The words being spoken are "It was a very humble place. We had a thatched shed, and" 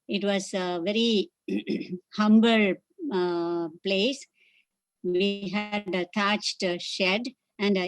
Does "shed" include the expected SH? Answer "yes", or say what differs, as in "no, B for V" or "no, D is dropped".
yes